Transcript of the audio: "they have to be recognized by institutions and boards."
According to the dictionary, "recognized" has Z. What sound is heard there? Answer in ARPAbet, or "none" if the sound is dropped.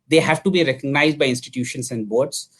Z